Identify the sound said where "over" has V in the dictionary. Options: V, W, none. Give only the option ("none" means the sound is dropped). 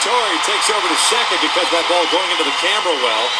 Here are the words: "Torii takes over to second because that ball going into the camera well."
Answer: V